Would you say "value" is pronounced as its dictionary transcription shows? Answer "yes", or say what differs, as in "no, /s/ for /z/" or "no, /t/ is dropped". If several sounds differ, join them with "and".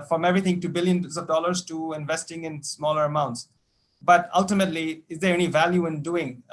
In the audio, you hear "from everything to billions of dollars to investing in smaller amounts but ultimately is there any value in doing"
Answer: yes